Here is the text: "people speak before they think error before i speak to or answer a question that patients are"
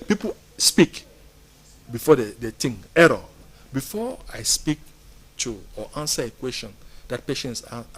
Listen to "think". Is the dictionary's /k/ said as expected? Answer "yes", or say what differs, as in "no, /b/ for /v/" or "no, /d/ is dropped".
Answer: no, /k/ is dropped